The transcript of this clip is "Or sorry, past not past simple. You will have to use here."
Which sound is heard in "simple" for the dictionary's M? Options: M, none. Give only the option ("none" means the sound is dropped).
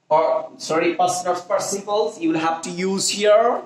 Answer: none